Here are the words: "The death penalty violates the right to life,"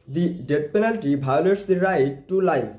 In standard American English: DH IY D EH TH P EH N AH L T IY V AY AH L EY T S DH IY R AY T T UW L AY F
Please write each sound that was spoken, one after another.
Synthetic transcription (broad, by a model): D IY D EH T P EH N AH L T IY B AY L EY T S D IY R AY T T UW L AY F